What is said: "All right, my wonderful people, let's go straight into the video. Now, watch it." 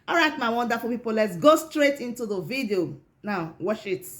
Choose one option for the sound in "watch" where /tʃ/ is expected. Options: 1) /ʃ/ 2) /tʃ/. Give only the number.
1